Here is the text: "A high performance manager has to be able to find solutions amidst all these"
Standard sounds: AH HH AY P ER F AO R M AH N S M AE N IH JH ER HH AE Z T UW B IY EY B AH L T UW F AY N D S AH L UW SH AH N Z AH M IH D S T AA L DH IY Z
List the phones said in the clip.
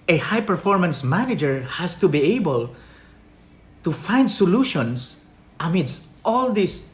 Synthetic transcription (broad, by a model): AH HH AY P ER F AO R M AH N S M AE N IH JH ER HH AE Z T UW B IY EY B AH L T UW F AY N D S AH L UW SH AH N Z AH M IH D S T AA L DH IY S